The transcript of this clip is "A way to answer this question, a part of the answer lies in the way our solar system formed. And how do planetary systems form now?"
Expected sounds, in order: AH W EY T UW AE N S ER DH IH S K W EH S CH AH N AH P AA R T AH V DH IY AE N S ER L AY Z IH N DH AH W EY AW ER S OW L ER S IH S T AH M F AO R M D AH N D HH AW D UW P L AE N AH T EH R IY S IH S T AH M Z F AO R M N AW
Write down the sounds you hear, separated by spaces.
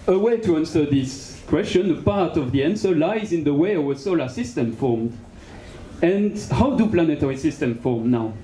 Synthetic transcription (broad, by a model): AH W EY T UW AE N S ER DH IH S K W EH S CH AH N AH P AA R T AH V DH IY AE N S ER L AY Z IH N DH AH W EY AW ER S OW L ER S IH S T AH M F AO R M D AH N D HH AW D UW P L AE N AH T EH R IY S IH S T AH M F AO R M N AW